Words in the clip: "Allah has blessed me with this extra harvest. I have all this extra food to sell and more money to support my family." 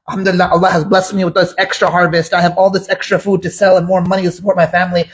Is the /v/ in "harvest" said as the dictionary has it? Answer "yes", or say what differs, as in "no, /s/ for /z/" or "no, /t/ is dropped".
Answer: yes